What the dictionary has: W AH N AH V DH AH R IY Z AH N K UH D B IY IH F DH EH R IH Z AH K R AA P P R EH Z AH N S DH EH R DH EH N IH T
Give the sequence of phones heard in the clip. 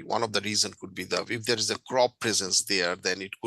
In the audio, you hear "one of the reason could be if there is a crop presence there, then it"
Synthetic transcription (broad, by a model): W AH N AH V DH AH R IY Z AH N K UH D B IY IH F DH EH R IH Z AH K R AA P P R EH Z AH N S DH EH R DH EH N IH T